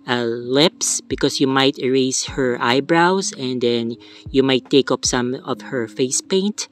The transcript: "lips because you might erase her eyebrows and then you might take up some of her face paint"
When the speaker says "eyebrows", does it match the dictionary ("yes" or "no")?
no